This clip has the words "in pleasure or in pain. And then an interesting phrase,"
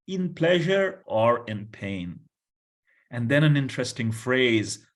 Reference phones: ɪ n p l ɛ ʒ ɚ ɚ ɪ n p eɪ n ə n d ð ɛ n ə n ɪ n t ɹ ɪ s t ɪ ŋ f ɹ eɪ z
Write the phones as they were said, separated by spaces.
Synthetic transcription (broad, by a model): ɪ n p l ɛ ʒ ɚ ɚ ɪ n p eɪ n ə n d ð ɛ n ə n ɪ n t ɹ ɪ s t ɪ ŋ f ɹ eɪ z